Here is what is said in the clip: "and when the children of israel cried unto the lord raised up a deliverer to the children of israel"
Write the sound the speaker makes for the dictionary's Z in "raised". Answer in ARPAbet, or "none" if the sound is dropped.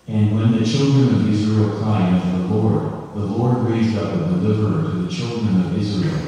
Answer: Z